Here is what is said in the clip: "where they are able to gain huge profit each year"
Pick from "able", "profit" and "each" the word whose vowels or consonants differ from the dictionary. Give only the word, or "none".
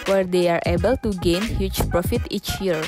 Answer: none